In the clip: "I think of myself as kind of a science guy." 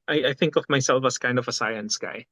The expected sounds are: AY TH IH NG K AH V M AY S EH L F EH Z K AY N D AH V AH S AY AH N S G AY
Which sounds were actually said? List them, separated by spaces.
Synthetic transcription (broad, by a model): AY TH IH NG K AH V M AY S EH L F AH S K AY N D AH V AH S AY AH N S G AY